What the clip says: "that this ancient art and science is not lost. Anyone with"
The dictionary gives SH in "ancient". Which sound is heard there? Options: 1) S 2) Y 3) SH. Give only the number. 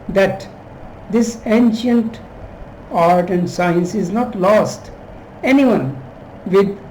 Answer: 3